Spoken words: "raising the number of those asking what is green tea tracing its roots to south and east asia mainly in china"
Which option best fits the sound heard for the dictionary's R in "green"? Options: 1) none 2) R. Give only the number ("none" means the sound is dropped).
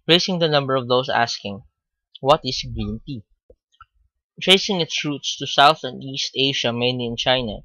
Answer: 2